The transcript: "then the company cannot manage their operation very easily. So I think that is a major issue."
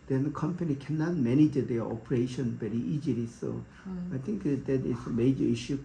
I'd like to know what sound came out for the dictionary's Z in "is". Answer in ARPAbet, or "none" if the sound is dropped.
S